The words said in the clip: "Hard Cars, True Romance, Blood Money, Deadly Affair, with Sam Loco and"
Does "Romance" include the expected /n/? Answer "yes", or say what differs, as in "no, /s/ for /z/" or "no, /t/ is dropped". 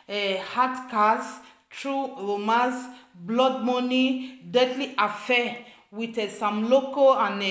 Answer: no, /n/ is dropped